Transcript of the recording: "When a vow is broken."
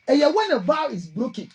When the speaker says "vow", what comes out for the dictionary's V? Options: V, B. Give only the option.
B